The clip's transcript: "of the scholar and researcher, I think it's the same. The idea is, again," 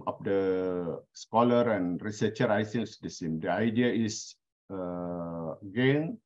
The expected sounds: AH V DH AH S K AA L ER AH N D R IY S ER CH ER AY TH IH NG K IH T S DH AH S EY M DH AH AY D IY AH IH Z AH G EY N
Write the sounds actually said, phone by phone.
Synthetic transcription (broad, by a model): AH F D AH S K AA L ER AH N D R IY S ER CH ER AY S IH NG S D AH S EY M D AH AY D IY AH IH S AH G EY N